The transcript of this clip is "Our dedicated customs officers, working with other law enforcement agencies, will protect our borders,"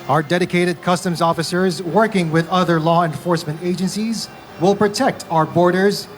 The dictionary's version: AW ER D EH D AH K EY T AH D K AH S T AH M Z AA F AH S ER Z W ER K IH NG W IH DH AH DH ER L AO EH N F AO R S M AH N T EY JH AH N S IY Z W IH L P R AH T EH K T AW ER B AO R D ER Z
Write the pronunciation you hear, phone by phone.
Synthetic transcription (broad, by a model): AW ER D EH D AH K EY T AH D K AH S T AH M Z AA F AH S ER Z W ER K IH NG W IH DH AH DH ER L AO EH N F AO R S M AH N T EY JH AH N S IY Z W IH L P R AH T EH K T AW ER B AO R D ER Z